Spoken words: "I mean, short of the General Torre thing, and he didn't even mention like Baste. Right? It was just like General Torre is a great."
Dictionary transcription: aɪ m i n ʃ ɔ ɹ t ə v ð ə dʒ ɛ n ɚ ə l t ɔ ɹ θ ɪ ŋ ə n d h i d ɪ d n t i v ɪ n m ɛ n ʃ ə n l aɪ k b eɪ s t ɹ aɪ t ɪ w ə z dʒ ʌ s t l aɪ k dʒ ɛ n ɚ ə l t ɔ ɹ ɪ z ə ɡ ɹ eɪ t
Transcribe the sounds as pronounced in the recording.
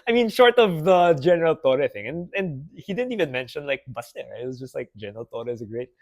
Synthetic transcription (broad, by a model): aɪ m i n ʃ ɔ ɹ t ə v ð ə dʒ ɛ n ɚ ə l t ɔ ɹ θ ɪ ŋ ə n d h i d ɪ d n t i v ɪ n m ɛ n ʃ ə n l aɪ k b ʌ s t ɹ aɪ ɪ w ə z dʒ ʌ s t l aɪ k dʒ ɛ n ɚ ə l t ɔ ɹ ɪ z ə ɡ ɹ eɪ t